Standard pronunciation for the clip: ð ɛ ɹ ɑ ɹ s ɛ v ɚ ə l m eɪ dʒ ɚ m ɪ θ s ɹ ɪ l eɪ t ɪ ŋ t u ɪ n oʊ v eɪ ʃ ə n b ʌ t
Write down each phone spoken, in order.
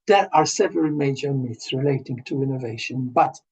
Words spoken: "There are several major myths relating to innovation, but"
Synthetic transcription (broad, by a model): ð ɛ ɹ ɑ ɹ s ɛ v ɚ ə l m eɪ dʒ ɚ m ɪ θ s ɹ ɪ l eɪ t ɪ ŋ t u ɪ n oʊ v eɪ ʃ ə n b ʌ t